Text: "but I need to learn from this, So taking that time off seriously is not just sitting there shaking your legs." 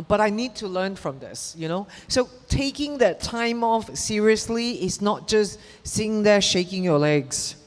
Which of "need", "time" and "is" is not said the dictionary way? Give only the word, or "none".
is